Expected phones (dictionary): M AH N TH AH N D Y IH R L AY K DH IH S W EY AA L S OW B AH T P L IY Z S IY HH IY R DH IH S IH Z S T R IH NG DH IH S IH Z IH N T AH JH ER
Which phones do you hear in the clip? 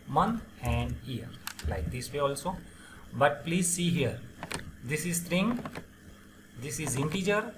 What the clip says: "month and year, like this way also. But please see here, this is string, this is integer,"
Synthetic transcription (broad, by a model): M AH N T AH N D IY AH R L AY K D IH S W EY AA L S OW B AH T P L IY Z S IY HH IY R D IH S IH Z S T R IH NG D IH S IH Z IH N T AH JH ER